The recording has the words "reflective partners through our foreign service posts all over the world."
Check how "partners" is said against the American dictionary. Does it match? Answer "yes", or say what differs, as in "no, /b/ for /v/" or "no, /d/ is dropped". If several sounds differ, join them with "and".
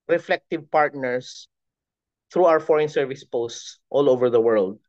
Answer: no, /s/ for /z/